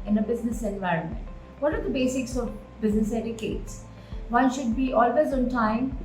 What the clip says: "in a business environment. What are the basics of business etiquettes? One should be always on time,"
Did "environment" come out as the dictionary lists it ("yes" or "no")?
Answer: yes